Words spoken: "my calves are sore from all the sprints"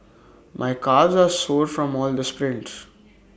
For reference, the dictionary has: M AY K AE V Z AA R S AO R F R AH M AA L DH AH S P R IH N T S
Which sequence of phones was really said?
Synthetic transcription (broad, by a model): M AY K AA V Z AA R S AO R F R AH M AA L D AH S P R IH N T S